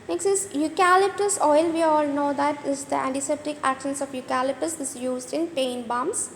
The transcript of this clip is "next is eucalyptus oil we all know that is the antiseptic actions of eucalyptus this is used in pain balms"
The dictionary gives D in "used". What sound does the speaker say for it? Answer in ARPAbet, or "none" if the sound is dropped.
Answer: D